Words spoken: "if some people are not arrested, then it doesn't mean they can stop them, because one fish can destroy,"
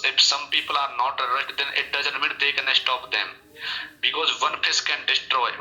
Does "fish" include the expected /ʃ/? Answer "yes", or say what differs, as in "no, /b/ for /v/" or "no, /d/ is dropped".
no, /s/ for /ʃ/